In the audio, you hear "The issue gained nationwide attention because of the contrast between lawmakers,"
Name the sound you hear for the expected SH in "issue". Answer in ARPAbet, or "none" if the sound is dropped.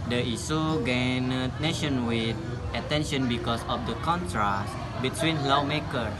S